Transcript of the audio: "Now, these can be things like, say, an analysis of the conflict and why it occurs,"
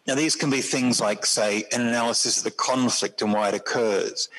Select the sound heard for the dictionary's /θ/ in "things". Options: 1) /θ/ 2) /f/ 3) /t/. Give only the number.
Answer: 1